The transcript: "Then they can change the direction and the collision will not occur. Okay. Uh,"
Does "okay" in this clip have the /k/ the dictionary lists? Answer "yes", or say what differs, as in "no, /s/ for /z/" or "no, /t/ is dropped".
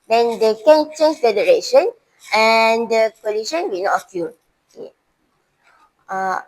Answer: no, /k/ is dropped